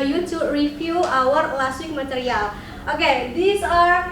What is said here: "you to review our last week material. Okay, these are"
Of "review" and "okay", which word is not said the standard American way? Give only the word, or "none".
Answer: review